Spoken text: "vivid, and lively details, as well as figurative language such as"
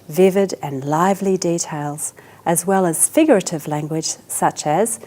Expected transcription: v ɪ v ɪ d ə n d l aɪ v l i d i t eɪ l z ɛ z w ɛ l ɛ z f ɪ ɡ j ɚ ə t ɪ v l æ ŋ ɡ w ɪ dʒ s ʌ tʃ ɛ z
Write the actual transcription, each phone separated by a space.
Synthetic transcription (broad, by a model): v ɪ v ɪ d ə n l aɪ v l i d i t eɪ l z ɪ z w ɛ l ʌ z f ɪ ɡ j ɚ ə t ɪ v l æ ŋ ɡ w ɪ dʒ s ʌ tʃ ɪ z